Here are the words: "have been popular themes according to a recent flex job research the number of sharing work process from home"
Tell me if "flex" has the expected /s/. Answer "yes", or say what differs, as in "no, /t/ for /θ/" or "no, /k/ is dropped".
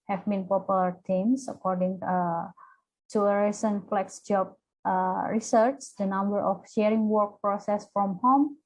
yes